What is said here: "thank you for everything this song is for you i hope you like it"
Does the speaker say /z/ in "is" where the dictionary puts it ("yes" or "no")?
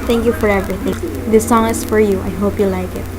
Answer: no